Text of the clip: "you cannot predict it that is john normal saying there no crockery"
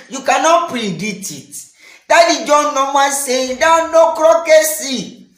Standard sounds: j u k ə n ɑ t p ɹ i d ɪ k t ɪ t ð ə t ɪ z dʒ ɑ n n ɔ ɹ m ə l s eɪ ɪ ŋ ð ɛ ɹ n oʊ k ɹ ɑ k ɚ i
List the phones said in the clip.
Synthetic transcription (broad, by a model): j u k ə n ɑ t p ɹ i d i t ɪ t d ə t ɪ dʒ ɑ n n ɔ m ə n s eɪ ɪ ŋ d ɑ n oʊ k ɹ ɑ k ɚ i